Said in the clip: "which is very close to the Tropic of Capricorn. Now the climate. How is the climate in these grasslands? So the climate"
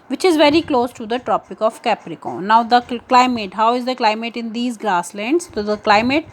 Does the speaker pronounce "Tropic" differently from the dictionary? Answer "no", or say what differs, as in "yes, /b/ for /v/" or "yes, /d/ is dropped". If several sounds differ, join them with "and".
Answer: no